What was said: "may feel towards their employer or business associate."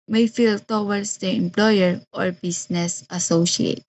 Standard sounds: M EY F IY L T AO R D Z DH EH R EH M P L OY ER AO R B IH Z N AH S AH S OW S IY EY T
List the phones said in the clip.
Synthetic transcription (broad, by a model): M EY F IY L T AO W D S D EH EH M P L OY ER AO R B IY S N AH S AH S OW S IY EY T